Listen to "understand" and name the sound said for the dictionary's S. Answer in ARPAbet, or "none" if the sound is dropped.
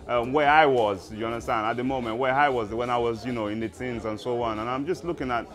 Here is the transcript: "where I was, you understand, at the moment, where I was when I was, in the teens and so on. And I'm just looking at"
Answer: none